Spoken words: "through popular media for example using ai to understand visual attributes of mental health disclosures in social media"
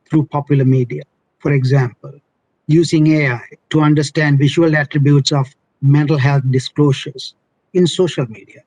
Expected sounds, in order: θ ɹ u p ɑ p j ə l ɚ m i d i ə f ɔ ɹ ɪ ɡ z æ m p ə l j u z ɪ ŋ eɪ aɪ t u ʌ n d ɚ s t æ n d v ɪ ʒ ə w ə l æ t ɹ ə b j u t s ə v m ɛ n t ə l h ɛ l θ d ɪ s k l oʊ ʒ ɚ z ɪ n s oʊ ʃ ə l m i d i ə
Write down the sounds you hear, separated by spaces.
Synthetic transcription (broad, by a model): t ɹ u p ɑ p j ə l ɚ m i d i ə f ɔ ɹ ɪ ɡ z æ m p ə l j u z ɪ ŋ eɪ aɪ t u ʌ n d ɚ s t æ n d v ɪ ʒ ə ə l æ t ɹ ə b j u t s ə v m ɛ n t ə l h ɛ l t d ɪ s k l oʊ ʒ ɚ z ɪ n s oʊ ʃ ə l m i d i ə